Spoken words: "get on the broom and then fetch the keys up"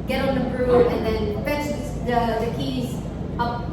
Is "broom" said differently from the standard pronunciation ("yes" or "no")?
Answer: yes